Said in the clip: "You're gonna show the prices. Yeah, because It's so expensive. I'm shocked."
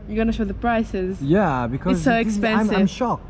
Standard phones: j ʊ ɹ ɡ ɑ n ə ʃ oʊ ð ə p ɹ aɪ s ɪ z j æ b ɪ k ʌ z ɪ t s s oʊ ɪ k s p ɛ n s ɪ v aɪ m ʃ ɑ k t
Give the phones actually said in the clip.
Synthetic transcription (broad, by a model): j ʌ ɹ ɡ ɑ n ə ʃ oʊ ð ə p ɹ aɪ s ɪ z j æ b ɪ k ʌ ɪ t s s oʊ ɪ k s p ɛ n s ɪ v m ʃ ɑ k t